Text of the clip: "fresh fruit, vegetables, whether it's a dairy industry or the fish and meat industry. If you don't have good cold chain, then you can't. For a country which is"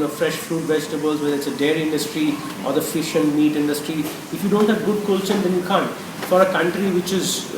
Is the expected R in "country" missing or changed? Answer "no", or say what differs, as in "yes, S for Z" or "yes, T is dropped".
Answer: no